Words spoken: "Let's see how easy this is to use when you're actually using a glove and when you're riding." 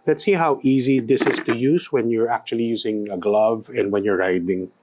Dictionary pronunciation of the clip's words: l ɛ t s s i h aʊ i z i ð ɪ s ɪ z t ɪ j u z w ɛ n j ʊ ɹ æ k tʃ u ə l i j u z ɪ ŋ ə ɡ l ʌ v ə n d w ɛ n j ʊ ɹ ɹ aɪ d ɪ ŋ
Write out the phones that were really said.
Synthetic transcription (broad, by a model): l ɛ t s s i h aʊ i z i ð ɪ s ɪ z t ɪ j u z w ɛ n j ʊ ɹ æ k tʃ u ə l i j u z ɪ ŋ ə ɡ l ʌ v ə n d w ɛ n j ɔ ɹ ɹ aɪ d ɪ ŋ